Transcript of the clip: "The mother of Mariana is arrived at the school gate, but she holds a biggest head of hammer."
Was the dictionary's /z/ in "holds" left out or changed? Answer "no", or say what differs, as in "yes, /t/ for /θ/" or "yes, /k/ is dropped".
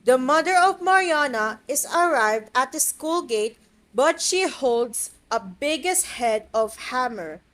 yes, /s/ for /z/